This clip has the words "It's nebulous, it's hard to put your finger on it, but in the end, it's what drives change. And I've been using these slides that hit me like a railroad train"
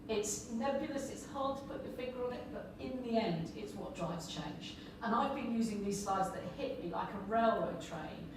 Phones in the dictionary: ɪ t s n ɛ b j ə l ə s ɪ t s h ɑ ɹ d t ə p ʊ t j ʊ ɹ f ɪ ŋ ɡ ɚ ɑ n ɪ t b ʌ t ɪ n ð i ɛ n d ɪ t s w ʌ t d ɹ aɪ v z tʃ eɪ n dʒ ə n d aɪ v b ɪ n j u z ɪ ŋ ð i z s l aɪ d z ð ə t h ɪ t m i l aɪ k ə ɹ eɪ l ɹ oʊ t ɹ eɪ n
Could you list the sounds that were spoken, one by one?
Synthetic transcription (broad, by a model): ɪ t s n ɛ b j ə l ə s ɪ t s h ɑ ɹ d t ə p ʊ t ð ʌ f ɪ ɡ ɚ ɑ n ɪ t b ʌ t ɪ n ð i ɛ n d ɪ t s w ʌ t d ɹ aɪ v z tʃ eɪ n dʒ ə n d aɪ v b ɪ n j u z ɪ ŋ ð i z s aɪ d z ð ə t h ɪ t m i l aɪ k ə ɹ eɪ l w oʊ t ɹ eɪ n